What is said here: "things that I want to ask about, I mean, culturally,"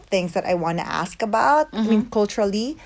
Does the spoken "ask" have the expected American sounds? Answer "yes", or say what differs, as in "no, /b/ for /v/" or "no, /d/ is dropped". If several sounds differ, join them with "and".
yes